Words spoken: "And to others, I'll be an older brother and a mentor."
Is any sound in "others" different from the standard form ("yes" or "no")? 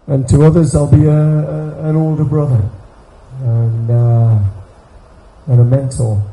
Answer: no